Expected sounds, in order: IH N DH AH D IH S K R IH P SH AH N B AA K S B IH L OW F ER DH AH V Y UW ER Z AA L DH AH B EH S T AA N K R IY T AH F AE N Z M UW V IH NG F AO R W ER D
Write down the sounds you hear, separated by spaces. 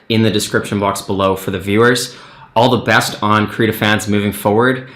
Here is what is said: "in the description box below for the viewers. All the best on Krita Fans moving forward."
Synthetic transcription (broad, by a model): IH N DH AH D IH S K R IH P SH AH N B AA K S B IH L OW F ER DH AH V Y UW ER Z AA L DH AH B EH S T N K R IY T AH F AE N Z M UW V IH NG F AO R W ER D